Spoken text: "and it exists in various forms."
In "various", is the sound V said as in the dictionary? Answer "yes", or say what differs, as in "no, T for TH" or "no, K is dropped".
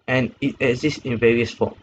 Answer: yes